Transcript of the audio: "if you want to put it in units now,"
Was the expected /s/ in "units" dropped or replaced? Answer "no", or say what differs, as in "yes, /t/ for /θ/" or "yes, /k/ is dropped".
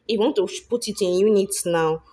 yes, /s/ is dropped